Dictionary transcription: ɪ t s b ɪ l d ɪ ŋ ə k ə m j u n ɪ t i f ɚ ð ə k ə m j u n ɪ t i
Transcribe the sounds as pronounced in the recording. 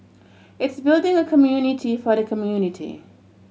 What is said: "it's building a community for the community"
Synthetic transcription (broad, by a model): ɪ t s b ɪ l d ɪ ŋ ə k ə m j u n ɪ t i f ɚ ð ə k ə m j u n ɪ t i